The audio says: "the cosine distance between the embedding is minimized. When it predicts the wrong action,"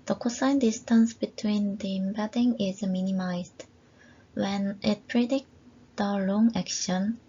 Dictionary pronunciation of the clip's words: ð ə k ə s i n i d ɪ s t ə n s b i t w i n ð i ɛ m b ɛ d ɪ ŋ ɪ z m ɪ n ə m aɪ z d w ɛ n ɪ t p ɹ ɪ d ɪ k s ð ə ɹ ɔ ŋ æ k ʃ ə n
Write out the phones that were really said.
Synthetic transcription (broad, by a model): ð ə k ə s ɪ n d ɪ s t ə n s b i t w i n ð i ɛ m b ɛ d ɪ ŋ ɪ z m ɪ n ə m aɪ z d w ɛ n ɪ t p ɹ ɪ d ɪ k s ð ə l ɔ ŋ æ k ʃ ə n